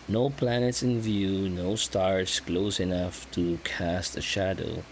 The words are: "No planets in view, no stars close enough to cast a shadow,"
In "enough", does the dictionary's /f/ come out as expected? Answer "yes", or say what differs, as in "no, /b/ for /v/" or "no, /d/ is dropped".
yes